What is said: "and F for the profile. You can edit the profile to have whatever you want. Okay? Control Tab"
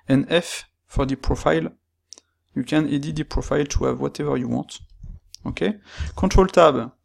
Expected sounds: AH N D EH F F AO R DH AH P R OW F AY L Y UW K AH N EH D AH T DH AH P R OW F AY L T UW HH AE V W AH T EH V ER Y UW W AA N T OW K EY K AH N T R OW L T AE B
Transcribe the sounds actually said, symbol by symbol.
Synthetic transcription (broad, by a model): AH N EH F F AO R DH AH P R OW F AY L Y UW K AH N EH D AH T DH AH P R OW F AY L T UW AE V W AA T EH V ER Y UW W AA T OW K EY K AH T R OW L T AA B